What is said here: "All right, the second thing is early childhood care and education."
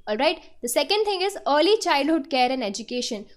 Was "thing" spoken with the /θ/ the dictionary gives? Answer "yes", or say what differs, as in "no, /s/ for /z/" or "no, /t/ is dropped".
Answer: no, /t/ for /θ/